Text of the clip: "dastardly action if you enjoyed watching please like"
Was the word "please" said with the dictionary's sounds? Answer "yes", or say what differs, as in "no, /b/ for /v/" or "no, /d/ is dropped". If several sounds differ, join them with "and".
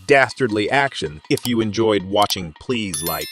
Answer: yes